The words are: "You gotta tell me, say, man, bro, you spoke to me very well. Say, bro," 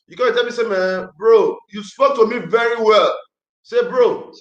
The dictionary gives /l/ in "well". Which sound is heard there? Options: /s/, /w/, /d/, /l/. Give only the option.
/l/